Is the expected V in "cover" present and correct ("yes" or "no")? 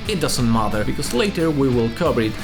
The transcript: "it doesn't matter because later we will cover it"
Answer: no